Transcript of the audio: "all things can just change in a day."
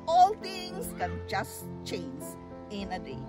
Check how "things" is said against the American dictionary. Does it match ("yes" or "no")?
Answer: no